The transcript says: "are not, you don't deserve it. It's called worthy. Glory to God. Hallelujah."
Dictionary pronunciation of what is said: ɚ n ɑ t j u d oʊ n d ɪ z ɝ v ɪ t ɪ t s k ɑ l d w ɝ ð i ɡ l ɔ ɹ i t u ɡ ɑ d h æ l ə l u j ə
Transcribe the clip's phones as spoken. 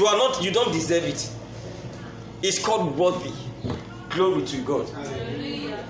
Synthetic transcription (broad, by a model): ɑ n ɑ t j u d oʊ n d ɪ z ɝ v ɪ t ɪ t s k ɑ l d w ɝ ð i ɡ l ɔ ɹ i t u ɡ ɑ d